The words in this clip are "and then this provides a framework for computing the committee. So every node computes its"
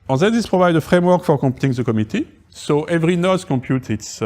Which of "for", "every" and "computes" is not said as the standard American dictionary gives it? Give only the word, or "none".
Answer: computes